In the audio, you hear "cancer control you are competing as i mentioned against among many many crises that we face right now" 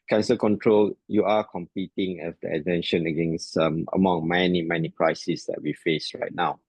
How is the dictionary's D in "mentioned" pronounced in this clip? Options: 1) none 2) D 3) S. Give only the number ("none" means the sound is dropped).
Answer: 1